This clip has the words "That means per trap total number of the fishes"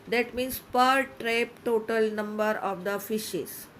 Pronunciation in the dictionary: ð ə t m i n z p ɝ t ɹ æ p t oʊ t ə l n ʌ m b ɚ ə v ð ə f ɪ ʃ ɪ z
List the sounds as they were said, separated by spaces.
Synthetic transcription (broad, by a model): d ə t m i n s p ɝ t ɹ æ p t oʊ t ə l n ʌ m b ɚ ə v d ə f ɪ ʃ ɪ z